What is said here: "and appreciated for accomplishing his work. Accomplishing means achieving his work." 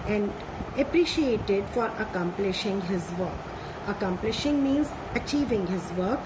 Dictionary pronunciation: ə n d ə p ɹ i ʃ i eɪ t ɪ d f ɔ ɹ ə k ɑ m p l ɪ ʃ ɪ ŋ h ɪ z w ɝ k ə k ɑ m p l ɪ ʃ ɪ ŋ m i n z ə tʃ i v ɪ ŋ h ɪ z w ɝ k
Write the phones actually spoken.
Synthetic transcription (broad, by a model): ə n d ə p ɹ i ʃ i eɪ t ɪ d f ɔ ɹ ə k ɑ m p l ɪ ʃ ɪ ŋ h ɪ z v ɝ k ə k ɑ m p l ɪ ʃ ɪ ŋ m i n z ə tʃ i v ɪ ŋ h ɪ z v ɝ k